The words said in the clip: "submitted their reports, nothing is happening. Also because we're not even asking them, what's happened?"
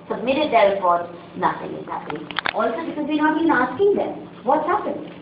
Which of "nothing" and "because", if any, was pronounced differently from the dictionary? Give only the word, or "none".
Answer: none